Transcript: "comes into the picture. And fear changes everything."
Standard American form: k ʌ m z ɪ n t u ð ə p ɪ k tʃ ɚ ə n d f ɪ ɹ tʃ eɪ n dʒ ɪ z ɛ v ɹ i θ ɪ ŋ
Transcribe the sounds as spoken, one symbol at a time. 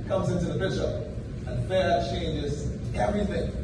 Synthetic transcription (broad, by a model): k ʌ m z ɪ n t u ð ə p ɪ tʃ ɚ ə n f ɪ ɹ tʃ eɪ n dʒ ɪ z ɛ v ɹ i θ ɪ ŋ